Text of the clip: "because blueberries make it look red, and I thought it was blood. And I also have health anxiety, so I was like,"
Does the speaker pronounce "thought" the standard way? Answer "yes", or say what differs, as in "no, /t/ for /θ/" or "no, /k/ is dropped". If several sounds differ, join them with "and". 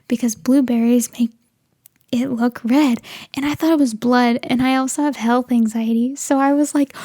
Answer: yes